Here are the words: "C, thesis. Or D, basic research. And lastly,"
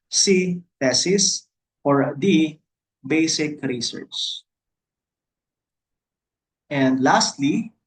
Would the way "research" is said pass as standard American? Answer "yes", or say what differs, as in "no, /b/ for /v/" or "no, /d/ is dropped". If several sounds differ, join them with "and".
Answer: no, /s/ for /tʃ/